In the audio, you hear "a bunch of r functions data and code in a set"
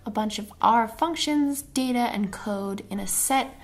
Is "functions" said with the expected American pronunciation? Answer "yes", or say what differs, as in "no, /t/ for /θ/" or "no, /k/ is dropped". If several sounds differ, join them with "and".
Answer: yes